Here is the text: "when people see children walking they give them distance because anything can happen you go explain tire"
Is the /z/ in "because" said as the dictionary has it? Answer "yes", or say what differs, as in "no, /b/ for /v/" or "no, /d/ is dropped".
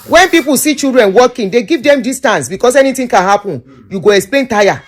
no, /s/ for /z/